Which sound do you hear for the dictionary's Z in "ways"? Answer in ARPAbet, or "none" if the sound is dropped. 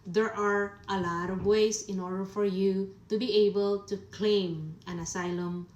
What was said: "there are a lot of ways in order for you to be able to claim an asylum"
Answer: S